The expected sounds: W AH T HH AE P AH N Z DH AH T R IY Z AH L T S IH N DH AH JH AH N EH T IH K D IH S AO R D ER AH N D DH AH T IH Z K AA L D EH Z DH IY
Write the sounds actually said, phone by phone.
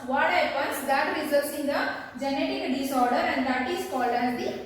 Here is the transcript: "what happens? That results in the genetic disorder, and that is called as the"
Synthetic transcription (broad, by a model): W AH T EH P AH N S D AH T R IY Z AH T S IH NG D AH JH AH N EH T IH K D IH S AO R D ER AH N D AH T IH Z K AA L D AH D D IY